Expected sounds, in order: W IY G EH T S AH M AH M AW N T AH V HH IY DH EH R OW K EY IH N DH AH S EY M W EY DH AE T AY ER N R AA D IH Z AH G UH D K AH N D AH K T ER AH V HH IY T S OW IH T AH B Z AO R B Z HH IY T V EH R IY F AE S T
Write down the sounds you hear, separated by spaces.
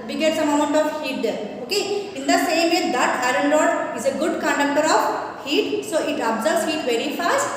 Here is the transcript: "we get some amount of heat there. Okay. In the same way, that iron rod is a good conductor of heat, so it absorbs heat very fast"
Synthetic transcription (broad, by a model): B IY G EH T S AH M AH M AW N T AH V HH IY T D OW K EY IH N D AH S EY M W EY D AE T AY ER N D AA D IH Z AH G UH D K AH N D AH K T ER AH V HH IY T S OW IH T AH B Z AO R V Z HH IY T V EH R IY F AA S T